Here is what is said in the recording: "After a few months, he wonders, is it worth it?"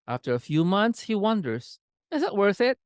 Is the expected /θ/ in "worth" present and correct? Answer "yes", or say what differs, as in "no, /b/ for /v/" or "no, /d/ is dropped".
yes